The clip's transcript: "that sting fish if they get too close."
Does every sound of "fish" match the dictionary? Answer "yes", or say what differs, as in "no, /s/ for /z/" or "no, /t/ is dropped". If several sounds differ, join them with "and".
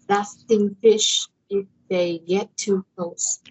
yes